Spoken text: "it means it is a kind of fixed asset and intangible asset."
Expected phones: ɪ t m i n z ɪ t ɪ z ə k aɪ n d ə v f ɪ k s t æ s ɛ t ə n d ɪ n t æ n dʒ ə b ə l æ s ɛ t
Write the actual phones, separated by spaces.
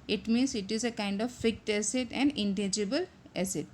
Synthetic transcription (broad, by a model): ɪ t m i n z ɪ t ɪ z ə k aɪ n d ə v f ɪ k t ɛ s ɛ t ə n d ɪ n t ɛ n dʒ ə b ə l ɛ s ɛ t